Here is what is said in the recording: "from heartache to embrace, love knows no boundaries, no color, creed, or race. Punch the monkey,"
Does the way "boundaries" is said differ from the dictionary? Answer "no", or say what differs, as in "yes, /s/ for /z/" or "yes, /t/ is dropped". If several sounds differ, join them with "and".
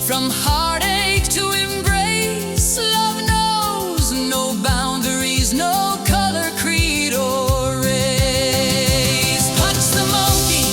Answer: no